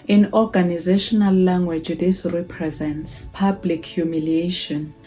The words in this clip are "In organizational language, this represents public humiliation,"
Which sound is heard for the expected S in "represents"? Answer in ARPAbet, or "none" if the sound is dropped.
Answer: S